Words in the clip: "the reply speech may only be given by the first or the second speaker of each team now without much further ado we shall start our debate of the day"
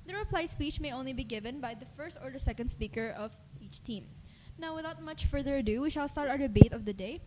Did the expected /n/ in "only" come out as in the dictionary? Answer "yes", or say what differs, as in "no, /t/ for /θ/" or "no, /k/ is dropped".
yes